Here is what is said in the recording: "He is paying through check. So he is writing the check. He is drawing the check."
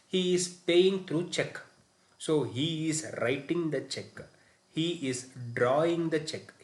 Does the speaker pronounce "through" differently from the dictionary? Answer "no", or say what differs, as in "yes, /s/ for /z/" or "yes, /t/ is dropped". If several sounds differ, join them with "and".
yes, /t/ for /θ/